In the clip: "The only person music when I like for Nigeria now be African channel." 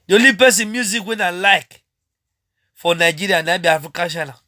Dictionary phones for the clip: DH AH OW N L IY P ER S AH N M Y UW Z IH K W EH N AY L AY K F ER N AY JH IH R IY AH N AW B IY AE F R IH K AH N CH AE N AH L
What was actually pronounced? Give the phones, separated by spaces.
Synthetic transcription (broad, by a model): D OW L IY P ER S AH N M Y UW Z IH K W EH N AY L AY K F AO N AY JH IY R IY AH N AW B IY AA F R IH K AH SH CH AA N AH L